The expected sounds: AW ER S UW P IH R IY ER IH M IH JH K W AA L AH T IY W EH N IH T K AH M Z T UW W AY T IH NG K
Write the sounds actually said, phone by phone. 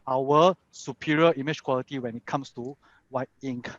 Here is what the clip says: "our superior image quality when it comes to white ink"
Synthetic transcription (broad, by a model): AW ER S UW P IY R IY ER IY M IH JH K W AA L AH T IY W EH N IH T K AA M S T UW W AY IH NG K